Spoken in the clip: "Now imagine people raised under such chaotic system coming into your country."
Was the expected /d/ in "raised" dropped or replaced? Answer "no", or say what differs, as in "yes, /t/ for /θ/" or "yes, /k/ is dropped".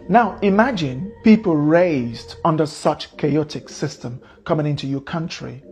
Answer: no